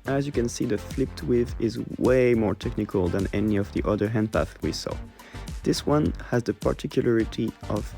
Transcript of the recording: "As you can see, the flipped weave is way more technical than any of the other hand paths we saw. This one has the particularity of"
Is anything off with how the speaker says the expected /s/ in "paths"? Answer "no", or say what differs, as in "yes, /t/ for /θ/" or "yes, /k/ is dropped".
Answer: yes, /s/ is dropped